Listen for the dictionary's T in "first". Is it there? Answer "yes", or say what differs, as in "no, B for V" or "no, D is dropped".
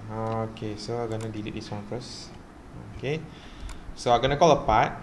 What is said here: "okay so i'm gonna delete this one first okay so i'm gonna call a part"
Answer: no, T is dropped